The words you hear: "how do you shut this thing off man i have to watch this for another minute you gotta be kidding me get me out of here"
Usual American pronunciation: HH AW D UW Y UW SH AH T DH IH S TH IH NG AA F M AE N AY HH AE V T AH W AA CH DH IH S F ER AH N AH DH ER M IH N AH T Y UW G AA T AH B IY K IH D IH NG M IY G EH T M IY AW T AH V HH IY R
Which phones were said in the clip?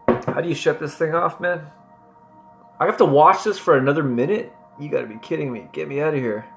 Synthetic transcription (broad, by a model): HH AW D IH Y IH SH AH T DH IH S TH IH NG AA F M AE N AY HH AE F T AH W AA CH DH IH S F ER AH N AH DH ER M IH N AH T Y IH G AA T AH B IY K IH D IH NG M IY G EH T M IY AW T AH HH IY R